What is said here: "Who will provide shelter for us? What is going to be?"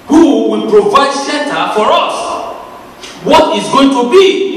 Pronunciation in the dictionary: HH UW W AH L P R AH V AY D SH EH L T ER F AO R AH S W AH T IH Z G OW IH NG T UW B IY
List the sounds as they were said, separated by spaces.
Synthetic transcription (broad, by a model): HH UW W AH L P R AH V AY D S EH N T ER F AO R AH S W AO T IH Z G OW IH NG T UW B IY